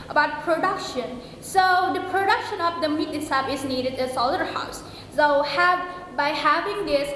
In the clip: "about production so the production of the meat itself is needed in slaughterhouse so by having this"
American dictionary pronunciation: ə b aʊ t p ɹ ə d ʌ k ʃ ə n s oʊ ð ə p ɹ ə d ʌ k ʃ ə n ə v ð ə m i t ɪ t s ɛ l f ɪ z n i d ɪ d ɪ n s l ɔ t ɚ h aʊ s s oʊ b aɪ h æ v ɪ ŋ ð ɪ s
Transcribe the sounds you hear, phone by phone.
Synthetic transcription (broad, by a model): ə b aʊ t p ɹ ə d ʌ k ʃ ə n s oʊ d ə p ɹ ə d ʌ k ʃ ə n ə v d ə m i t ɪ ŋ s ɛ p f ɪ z n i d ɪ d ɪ s ɔ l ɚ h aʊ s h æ b aɪ h æ v ɪ ŋ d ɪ s